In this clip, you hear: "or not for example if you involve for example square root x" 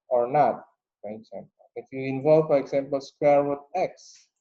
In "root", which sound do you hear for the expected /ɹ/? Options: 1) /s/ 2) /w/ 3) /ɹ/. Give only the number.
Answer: 2